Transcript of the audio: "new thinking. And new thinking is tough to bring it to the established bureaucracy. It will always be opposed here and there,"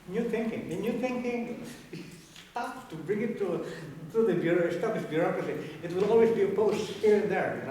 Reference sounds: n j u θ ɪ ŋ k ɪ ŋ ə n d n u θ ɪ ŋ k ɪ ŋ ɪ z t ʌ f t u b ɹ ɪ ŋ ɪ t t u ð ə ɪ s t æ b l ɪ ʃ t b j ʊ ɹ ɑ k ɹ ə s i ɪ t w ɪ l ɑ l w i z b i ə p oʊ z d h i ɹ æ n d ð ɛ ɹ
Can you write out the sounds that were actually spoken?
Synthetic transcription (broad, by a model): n j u θ ɪ ŋ k ɪ ŋ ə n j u θ ɪ ŋ k ɪ ŋ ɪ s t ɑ p t u b ɹ ɪ ŋ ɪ t t u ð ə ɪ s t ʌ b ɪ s b j ʊ ɹ ɑ k ɹ ə s i ɪ t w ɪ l ɑ l w i z b i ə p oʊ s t h i ɹ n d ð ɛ ɹ